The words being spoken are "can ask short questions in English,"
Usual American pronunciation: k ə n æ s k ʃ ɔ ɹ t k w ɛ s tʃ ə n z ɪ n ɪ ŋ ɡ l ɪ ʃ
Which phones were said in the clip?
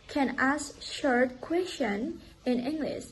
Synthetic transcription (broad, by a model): k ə n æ s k ʃ ɔ ɹ t k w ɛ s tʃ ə n ɪ n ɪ ŋ ɡ l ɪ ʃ